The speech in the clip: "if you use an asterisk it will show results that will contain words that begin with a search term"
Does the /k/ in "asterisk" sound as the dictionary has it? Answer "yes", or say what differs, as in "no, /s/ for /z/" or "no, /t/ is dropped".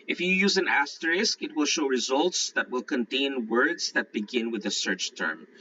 yes